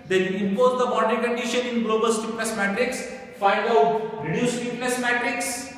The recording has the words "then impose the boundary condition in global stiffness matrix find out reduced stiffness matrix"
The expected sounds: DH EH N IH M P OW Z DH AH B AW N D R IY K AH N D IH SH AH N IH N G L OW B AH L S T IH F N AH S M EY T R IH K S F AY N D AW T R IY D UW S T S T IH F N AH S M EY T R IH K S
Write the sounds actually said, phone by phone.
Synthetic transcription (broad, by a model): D EH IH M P OW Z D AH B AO D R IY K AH N D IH SH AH N IH N G L OW B AH L S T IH P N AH S M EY T R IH K S F AY N D AW T R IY D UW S S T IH P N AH S M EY T R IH K S